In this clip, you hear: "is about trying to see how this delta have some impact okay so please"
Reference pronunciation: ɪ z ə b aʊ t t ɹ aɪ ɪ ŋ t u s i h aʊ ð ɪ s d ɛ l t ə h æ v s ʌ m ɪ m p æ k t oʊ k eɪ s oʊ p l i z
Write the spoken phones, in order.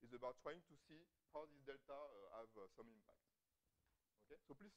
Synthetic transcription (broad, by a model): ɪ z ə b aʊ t t ɹ aɪ ɪ ŋ t u s i h aʊ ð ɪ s d ɛ l t ə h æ v s ʌ m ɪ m p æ k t oʊ k eɪ s oʊ p l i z